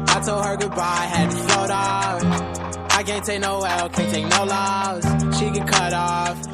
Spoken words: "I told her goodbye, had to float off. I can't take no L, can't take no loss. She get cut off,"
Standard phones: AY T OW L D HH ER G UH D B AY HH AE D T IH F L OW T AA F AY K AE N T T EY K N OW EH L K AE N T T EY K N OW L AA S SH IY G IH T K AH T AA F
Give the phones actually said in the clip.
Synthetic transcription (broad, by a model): AY T OW L D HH ER G UH D B AY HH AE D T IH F OW T AA F AY K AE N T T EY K N OW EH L K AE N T T EY K N OW L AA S SH IY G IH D K AH T AA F